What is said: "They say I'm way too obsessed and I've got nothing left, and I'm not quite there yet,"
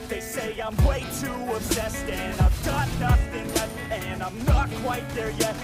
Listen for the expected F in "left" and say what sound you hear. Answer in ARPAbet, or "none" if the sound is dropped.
none